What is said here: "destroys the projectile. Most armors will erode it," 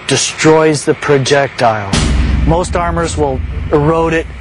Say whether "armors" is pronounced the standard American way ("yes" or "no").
yes